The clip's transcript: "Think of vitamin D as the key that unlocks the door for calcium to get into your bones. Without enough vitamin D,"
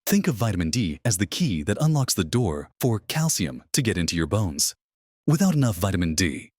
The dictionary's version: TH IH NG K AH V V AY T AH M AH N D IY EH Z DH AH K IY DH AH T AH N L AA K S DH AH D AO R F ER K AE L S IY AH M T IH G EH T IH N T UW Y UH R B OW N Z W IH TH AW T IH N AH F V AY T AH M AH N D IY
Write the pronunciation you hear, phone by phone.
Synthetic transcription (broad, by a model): TH IH NG K AH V V AY T AH M AH N D IY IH Z DH AH K IY DH AH T AH N L AA K S DH AH D AO R F ER K AE L S IY AH M T IH G EH T IH N T UW Y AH R B OW N Z W IH TH AW T IH N AH F V AY T AH M AH N D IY